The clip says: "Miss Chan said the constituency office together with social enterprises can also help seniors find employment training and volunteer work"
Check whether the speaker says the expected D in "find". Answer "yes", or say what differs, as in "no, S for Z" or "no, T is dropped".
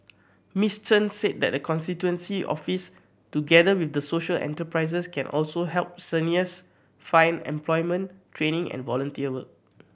no, D is dropped